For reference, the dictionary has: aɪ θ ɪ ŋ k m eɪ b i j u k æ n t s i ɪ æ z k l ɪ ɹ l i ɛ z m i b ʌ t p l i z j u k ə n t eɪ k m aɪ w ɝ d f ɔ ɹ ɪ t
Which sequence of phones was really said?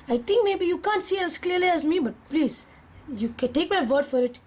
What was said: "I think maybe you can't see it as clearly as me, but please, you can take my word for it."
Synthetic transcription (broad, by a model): aɪ t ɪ ŋ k m eɪ b i j u k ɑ n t s i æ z k l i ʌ l i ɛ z m i b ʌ t p l i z j u k ə n t eɪ k m aɪ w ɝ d f ɔ ɹ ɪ t